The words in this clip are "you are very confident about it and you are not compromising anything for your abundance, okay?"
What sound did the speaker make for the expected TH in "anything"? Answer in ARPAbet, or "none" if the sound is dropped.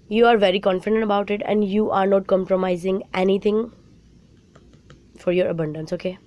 T